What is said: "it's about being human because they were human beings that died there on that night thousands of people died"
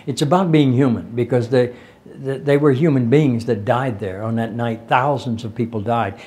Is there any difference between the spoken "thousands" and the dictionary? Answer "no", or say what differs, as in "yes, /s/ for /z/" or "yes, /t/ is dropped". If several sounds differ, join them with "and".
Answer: no